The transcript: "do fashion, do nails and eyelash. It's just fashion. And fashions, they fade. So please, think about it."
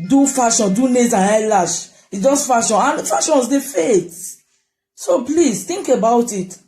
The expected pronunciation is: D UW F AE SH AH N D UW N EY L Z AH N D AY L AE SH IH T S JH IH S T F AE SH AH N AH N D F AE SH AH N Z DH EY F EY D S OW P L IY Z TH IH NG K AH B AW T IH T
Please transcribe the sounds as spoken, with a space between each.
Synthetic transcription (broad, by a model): D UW F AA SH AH N D UW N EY Z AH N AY L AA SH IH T JH IH S T F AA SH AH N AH N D F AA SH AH N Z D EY F EY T S OW P L IY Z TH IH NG K AH B AW T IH T